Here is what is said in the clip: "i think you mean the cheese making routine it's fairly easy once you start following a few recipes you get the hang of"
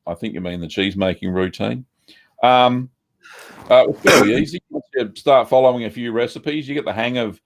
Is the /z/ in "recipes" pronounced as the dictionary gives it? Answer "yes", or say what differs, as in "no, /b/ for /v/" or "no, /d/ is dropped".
yes